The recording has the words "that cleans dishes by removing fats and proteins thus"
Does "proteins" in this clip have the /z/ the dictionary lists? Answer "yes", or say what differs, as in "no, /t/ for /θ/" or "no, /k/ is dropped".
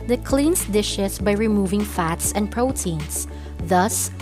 no, /s/ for /z/